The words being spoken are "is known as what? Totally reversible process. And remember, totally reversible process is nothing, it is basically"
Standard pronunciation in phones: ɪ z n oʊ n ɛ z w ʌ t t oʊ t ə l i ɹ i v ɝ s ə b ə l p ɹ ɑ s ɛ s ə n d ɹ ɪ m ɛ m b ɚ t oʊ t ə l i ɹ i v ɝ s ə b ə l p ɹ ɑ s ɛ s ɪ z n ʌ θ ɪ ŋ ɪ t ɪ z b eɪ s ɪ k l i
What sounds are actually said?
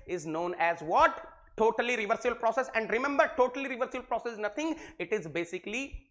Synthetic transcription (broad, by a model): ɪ z n oʊ n ɛ z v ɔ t t oʊ t ə l i ɹ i v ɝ s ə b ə l p ɹ ɑ s ɛ s ə n d ɹ ɪ m ɛ m b ɚ t oʊ t ə l i ɹ i v ɝ s ə b ə l p ɹ ɑ s ɛ s n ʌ t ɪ ŋ ɪ t ɪ z b eɪ s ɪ k l i